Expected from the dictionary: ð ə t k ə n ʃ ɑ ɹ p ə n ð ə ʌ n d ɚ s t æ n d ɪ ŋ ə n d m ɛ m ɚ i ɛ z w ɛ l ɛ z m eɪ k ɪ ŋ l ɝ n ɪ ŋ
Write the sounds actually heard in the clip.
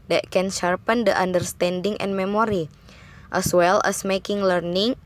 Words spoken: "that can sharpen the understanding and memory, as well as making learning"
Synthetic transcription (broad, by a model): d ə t k ə n ʃ ɑ ɹ p ə n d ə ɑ n d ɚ s t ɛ n d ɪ ŋ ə n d m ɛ m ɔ i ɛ s w ɛ l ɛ s m eɪ k ɪ ŋ l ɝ n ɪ ŋ